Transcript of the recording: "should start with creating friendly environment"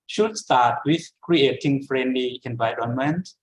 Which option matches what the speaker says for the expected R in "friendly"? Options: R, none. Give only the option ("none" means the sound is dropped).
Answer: R